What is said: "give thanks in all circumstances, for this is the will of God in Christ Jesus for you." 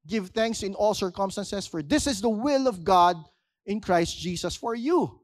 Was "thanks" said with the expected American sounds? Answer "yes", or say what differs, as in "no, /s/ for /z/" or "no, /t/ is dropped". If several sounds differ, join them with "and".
yes